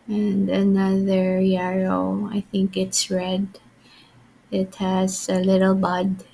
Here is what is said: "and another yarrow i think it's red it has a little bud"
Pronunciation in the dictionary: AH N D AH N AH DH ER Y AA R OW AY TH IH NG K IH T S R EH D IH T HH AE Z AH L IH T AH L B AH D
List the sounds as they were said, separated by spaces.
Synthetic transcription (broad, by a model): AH N D AH N AH DH ER Y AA R OW AY TH IH NG K IH T S R EH D IH T HH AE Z AH L IH T AH L B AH D